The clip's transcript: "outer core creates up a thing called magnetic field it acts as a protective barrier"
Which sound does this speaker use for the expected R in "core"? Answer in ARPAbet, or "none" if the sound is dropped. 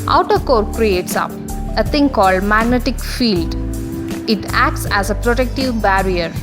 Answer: R